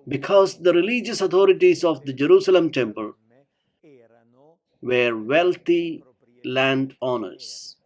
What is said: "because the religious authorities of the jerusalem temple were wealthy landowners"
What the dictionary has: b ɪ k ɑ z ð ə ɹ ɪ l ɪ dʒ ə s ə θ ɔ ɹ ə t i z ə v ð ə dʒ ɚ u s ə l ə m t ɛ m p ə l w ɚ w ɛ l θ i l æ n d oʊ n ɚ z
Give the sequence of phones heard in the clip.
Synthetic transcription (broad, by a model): b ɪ k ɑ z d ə ɹ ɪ l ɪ dʒ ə s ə t ɔ ɹ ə t i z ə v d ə dʒ ɚ u s ə l ə m t ɛ m p ə l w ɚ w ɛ l t i l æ n d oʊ n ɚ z